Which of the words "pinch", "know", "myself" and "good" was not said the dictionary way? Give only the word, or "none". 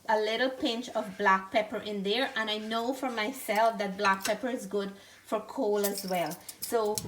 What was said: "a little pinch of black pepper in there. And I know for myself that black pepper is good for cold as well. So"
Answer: none